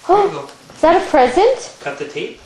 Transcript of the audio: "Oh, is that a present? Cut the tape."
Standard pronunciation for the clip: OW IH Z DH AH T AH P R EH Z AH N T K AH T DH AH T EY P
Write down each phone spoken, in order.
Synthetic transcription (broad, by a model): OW IH Z DH AH T AH P R EH Z AH N T K AH T DH AH T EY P